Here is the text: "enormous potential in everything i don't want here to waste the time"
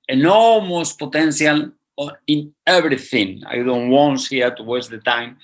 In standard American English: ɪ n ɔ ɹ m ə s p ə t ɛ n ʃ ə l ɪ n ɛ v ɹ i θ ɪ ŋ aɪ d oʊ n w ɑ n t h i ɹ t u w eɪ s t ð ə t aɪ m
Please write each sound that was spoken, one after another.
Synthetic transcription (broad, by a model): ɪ n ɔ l m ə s p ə t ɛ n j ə l ɪ n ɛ b ɹ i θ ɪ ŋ aɪ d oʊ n w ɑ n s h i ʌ t u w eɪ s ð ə t aɪ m